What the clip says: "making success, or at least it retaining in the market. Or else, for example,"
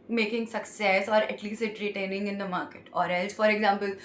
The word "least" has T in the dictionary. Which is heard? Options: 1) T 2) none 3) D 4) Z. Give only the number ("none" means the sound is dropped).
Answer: 2